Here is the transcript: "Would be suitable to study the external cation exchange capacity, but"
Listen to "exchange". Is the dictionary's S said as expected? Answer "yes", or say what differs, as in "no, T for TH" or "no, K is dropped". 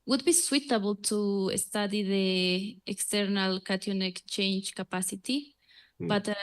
no, S is dropped